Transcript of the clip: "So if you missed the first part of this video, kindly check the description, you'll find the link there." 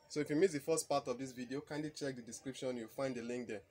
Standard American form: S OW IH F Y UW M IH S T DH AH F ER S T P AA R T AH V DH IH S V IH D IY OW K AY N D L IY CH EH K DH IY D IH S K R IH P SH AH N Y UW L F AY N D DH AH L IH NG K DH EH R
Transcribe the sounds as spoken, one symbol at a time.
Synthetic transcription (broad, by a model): S OW IH F Y UW M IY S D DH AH F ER S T P AA T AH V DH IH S V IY D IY OW K AY N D L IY CH EH K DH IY D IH S K R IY P SH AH N Y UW W F AY N D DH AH L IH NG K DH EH